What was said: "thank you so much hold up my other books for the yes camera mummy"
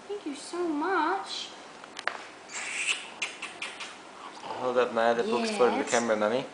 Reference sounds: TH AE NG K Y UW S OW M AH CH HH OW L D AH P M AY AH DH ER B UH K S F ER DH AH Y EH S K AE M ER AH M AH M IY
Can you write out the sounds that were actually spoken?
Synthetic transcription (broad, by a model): TH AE NG K Y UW S OW M AH CH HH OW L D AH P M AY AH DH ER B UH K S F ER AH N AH K AE M ER AH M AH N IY